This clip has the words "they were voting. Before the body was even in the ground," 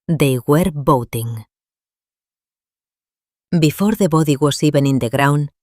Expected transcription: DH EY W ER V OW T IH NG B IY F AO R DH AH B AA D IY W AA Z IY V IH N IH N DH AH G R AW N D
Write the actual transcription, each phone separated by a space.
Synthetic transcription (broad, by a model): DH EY W ER B OW T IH NG B IY F AO R DH AH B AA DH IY W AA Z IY B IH N IH N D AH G R AW N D